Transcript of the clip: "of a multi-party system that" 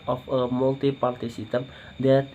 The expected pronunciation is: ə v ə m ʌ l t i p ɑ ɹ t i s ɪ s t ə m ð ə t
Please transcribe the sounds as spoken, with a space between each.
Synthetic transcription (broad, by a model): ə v ə m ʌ l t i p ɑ l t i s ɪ t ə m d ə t